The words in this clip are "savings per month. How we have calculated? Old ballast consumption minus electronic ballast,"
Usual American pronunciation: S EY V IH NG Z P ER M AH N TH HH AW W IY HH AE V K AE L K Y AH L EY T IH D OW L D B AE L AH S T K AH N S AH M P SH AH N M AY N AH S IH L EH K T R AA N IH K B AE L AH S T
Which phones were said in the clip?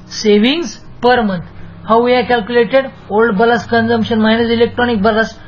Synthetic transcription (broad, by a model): S EY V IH NG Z P ER M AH N T HH AW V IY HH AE K AE L K Y AH L EY T IH D OW L D B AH L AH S K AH N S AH M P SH AH N M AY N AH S IH L EH K T R AA N IH K B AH L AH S